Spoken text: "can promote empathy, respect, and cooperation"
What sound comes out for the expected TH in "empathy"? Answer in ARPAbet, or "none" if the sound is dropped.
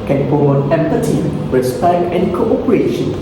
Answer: T